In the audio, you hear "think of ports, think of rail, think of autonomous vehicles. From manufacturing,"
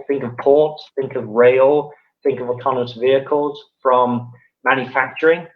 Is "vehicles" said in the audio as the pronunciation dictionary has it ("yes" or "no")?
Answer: yes